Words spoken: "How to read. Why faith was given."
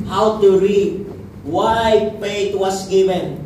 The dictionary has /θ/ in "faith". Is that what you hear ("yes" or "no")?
no